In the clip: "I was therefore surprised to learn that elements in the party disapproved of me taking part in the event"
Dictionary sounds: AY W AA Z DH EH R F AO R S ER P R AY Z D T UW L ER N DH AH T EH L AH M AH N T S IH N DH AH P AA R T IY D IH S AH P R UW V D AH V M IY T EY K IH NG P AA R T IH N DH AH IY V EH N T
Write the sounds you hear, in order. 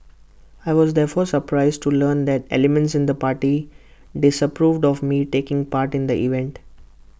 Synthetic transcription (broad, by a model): AY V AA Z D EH R F AO R S ER P R AY Z D T UW L ER N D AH T EH L AH M AH N T S IH N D AH P AA R T IY D IH S AH P R UW V D AH V M IY T EY K IH NG P AA R T IH N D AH IY V EH N T